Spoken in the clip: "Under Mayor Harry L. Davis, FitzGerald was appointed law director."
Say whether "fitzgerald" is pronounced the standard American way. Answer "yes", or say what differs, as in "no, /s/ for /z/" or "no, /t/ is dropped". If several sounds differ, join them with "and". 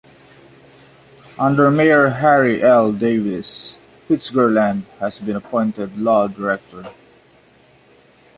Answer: no, /n/ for /l/